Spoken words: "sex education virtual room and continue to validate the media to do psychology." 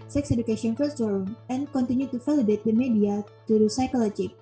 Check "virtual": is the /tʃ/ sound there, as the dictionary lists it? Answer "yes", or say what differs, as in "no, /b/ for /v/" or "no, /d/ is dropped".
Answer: no, /s/ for /tʃ/